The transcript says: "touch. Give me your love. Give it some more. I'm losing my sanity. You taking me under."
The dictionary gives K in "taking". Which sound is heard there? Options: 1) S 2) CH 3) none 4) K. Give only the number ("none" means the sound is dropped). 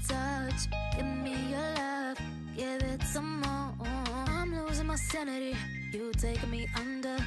3